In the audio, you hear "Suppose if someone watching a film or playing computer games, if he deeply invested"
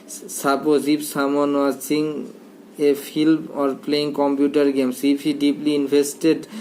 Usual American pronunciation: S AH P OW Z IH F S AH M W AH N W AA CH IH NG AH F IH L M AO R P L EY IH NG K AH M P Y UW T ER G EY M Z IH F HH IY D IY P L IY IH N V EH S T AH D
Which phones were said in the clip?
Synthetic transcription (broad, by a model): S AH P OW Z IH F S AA M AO N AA S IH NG AH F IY L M AO R P L EY IH NG K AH M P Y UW T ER G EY M S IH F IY D IY P L IY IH N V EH S T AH D